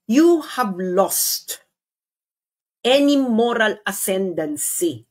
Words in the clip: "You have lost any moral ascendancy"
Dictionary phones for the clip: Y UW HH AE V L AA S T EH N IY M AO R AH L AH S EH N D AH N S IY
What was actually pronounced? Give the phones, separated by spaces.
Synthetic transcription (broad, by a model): Y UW HH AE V L AA S T EH N IY M AO R AH L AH S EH N D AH N S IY